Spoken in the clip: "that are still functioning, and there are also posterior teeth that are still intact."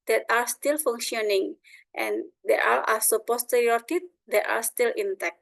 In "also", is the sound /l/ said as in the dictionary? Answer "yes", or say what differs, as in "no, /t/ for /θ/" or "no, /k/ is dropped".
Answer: no, /l/ is dropped